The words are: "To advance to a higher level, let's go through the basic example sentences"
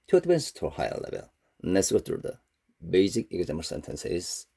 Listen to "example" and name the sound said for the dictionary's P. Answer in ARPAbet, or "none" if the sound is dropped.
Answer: none